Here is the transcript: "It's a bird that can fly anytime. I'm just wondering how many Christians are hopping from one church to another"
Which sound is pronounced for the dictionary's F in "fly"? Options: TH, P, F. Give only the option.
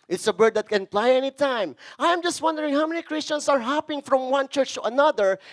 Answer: P